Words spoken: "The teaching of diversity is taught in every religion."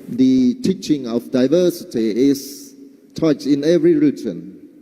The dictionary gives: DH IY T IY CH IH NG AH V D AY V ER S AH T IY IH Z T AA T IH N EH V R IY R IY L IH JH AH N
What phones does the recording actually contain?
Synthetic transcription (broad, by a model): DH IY T IY CH IH NG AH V D AY V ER S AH T IY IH S T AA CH IH N EH V R IY R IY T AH N